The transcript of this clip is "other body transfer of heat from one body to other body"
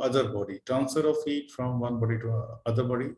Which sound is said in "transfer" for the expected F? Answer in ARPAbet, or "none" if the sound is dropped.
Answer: none